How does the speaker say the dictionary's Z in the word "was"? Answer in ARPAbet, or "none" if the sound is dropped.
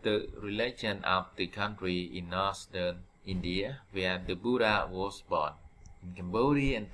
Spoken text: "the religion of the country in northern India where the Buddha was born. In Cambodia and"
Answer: S